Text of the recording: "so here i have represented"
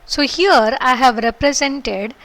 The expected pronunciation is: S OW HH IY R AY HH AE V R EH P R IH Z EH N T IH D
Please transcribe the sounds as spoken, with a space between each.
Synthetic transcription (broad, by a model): S OW HH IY R AY HH AE V R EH P R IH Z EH N T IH D